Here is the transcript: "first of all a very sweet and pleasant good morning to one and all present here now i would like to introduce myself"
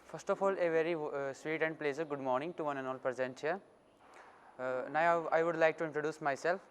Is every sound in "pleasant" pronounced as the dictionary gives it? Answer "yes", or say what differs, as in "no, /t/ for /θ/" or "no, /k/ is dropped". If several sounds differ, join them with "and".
no, /n/ is dropped